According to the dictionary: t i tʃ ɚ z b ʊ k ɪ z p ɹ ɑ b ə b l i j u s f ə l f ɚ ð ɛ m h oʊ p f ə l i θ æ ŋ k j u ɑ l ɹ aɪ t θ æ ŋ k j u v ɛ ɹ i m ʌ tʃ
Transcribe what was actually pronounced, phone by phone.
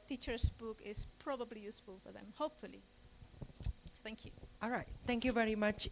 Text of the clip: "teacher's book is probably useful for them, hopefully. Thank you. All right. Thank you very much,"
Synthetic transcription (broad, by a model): t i tʃ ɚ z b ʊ k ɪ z p ɹ ɑ b ə b l i j u s f ə l f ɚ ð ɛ m h oʊ p f ə l i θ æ ŋ k j u ɑ l ɹ aɪ t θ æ ŋ k j u v ɛ ɹ i m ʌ tʃ